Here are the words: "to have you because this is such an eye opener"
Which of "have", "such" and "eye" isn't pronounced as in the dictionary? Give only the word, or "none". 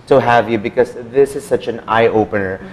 none